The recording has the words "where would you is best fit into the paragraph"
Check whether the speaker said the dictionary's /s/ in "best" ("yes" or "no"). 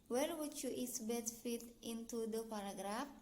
no